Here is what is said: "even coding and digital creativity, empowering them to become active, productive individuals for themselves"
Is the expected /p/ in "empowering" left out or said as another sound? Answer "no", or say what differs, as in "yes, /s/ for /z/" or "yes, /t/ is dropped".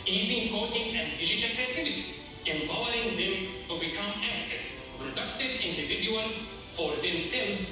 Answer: yes, /b/ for /p/